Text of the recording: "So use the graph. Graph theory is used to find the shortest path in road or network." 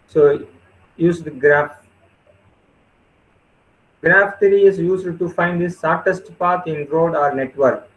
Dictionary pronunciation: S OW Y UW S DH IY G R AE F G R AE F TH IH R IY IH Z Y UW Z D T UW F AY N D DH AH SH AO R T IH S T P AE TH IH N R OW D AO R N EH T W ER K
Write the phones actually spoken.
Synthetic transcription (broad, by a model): S OW Y UW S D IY G R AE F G R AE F T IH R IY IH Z Y UW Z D T UW F AY N D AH S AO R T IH S T P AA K IH N R OW D AO R N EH T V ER K